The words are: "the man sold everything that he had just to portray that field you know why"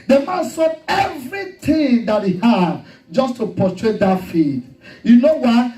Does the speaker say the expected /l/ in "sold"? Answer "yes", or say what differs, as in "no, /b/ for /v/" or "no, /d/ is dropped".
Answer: no, /l/ is dropped